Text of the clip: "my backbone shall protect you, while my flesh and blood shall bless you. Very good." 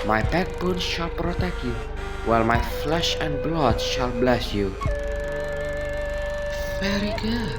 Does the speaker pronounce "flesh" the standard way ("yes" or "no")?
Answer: yes